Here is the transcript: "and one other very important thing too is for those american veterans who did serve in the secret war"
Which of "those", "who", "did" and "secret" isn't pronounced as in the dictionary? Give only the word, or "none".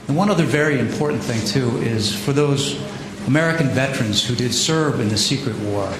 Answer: none